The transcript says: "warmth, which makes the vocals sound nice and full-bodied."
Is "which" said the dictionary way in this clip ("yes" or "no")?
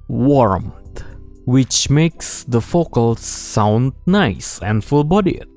yes